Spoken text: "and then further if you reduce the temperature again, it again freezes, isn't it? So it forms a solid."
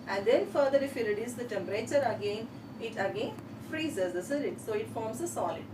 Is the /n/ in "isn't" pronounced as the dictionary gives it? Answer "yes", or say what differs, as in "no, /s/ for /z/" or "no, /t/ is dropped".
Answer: no, /l/ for /n/